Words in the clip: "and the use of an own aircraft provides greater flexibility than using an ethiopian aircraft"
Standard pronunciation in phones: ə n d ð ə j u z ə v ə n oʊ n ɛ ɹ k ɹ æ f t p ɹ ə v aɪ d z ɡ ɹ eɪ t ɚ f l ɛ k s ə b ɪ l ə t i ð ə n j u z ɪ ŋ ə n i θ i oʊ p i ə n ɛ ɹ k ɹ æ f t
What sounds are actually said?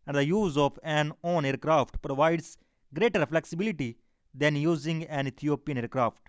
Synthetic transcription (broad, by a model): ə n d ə j u z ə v ə n oʊ n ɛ ɹ k ɹ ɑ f t p ɹ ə v aɪ d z ɡ ɹ eɪ t ɚ f l ɛ k s ə b ɪ l ə t i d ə n j u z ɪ ŋ ə n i t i oʊ p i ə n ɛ ɹ k ɹ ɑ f t